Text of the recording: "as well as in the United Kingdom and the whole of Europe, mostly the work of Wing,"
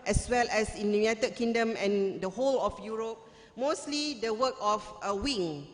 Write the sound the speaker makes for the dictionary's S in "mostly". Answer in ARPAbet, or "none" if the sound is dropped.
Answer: S